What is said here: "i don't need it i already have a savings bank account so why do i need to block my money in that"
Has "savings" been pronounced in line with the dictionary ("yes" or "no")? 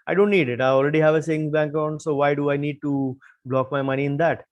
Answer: no